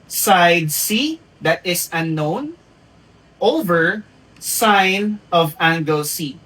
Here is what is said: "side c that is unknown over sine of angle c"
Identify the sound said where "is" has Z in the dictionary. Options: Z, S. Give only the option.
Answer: S